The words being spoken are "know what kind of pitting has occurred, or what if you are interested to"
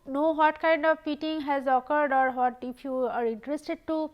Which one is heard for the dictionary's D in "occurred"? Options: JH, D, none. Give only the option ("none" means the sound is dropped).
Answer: D